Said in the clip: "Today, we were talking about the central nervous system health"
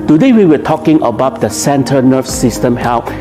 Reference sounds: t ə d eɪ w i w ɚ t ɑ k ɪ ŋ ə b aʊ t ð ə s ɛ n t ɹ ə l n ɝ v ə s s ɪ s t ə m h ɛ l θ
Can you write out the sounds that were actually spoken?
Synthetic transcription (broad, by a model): t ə d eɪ w i w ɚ t ɑ k ɪ ŋ ə b aʊ t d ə s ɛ n t ə n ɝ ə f s ɪ s t ə m h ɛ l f